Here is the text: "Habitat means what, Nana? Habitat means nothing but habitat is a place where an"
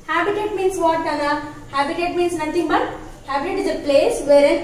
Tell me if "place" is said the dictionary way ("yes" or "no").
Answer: yes